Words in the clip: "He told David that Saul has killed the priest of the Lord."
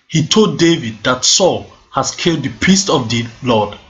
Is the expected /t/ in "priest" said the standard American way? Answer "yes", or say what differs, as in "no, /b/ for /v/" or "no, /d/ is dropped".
yes